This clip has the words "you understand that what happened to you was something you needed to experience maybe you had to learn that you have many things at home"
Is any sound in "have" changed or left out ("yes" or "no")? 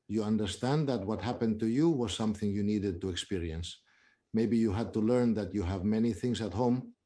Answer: no